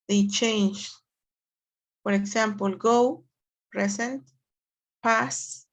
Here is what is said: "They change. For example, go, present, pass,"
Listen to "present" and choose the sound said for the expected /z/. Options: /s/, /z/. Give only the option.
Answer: /s/